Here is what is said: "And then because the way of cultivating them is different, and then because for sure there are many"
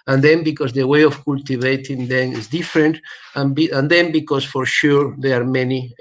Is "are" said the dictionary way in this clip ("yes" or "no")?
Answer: yes